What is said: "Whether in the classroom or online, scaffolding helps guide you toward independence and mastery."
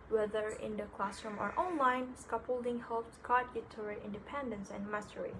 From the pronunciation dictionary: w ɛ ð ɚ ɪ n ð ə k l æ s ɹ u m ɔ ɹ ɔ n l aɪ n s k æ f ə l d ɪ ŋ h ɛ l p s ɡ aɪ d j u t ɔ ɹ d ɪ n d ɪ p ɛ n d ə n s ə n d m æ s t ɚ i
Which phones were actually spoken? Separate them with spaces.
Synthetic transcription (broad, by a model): w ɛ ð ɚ ɪ n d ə k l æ s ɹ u m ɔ ɹ ɔ n l aɪ n s k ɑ p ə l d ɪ ŋ h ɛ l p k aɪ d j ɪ t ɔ ɹ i ɪ n d ɪ p ɛ n d ə n s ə n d m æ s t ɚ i